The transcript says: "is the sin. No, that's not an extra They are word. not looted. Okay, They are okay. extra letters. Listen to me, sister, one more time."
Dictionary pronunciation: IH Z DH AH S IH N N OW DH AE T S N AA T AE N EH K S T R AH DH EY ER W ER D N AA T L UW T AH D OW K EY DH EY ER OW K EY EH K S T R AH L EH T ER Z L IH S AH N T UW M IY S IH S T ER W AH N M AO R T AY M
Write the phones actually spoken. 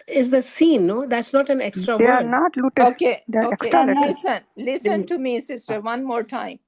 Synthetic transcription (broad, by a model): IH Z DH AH S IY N N OW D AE T S N AA T AE N EH K S T R AH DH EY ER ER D N AA T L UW T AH OW K EY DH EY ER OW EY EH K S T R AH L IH S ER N L IH S AH N T UW M IY S IH S T ER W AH N M AO R T AY M